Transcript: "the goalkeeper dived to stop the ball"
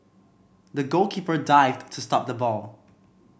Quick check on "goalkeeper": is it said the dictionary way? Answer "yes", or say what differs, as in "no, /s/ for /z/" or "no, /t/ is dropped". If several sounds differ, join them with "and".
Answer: yes